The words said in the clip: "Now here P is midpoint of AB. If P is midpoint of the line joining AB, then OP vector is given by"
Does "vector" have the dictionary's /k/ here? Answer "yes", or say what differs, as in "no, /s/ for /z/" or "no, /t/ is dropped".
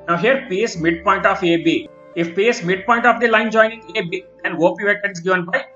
no, /k/ is dropped